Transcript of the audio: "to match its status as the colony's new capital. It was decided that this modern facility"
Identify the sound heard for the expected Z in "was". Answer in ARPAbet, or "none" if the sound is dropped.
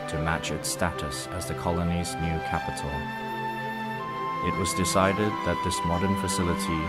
Z